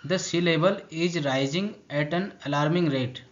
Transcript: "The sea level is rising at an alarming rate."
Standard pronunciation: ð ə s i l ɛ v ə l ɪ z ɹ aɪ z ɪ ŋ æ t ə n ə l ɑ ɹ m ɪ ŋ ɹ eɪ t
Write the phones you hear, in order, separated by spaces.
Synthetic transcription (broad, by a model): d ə s i l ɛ b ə l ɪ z ɹ aɪ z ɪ ŋ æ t ə n ə l ɑ ɹ m ɪ ŋ ɹ eɪ t